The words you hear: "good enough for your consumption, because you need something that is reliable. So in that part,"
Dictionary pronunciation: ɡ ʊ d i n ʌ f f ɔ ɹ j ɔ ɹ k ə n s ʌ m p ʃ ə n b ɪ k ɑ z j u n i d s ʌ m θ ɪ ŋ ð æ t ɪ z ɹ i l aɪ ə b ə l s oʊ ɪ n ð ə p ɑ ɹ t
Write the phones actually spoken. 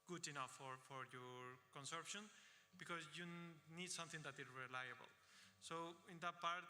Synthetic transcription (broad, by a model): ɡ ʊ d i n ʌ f f ɔ ɹ j ɔ ɹ k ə n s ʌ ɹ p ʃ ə n b ɪ k ɑ z j u n i d s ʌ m t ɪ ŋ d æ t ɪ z ɹ i l aɪ ə b ə l s oʊ ɪ n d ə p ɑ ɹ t